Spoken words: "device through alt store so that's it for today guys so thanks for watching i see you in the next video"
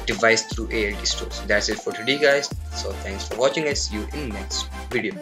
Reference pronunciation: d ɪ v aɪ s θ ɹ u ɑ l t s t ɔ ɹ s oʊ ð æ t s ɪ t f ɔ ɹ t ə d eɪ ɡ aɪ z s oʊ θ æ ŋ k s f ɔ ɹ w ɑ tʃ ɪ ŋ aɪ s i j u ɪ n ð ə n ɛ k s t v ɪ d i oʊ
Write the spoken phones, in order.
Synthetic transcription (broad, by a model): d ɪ v aɪ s t ɹ u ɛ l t s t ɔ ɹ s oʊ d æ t s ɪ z f ɔ ɹ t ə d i ɡ aɪ z s oʊ t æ ŋ k s f ɔ ɹ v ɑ tʃ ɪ ŋ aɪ s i j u ɪ n n ɛ k s t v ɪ d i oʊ